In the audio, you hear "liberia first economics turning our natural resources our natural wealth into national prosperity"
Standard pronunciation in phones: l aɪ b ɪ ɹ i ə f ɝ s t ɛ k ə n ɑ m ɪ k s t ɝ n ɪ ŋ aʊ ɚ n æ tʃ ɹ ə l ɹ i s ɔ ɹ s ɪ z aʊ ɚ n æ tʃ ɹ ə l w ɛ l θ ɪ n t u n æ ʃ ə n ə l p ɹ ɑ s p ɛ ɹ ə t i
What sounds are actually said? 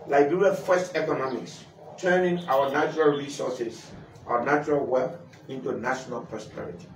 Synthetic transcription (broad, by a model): l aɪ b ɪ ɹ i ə f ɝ s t ɛ k ə n ɑ m ɪ k s t ɝ n ɪ ŋ aʊ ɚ n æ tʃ ɹ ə l ɹ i s ɔ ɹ s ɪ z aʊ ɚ n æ tʃ ɹ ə l w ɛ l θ ɪ n t u n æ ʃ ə n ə l p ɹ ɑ s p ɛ ɹ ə t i